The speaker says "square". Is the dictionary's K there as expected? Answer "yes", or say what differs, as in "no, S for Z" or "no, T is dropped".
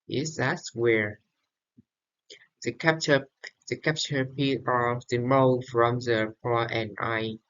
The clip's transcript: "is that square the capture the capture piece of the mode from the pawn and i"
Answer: no, K is dropped